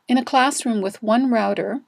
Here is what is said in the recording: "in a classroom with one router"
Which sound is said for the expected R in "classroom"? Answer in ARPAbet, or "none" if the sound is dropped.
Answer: R